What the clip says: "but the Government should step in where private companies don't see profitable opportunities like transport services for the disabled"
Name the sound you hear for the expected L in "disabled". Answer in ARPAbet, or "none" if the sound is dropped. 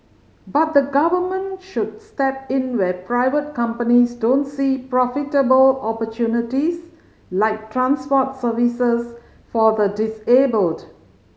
L